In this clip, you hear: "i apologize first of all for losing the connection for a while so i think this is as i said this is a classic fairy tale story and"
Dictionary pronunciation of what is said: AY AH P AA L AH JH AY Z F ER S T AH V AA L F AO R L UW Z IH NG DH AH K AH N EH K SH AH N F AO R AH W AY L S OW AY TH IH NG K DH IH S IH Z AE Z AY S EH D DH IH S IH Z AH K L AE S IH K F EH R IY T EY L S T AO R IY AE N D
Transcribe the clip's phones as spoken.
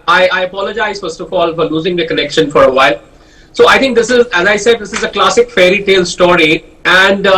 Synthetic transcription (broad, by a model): AY AH P AA L AH JH AY Z F ER S T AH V AA L F AO R L UW Z IH NG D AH K AH N EH K SH AH N F AO R AH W AY L S OW AY T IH NG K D IH S IH Z AE Z AY S EH D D IH S IH Z AH K L AE S IH K F EH R IY T EY L S T AO R IY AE N D